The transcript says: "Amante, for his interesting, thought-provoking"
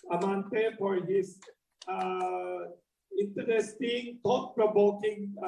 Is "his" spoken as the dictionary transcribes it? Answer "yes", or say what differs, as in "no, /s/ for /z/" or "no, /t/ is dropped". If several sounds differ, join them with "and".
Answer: no, /s/ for /z/